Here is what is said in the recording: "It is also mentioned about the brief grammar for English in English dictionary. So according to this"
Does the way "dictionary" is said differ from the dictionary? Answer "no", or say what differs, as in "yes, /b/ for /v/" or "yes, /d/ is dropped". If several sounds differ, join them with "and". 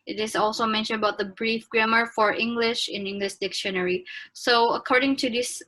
no